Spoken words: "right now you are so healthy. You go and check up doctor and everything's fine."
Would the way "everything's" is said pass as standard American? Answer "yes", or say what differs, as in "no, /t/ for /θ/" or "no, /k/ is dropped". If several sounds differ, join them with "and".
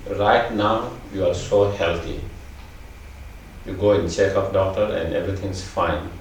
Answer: no, /t/ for /θ/